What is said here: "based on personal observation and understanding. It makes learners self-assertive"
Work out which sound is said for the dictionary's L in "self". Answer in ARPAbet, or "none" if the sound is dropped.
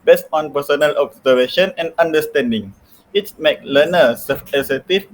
none